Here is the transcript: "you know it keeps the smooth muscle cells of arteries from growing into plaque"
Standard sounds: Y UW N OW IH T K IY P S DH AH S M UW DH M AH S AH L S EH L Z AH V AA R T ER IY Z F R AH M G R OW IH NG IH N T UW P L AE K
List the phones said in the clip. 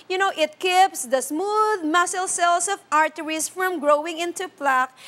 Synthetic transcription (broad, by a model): Y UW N OW IH T K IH P S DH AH S M UW DH M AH S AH L S EH L S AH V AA R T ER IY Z F R AH M G R OW IH NG IH N T UW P L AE K